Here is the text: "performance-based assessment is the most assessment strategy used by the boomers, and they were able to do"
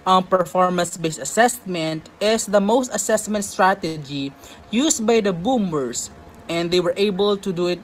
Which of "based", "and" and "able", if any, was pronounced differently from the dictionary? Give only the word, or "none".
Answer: based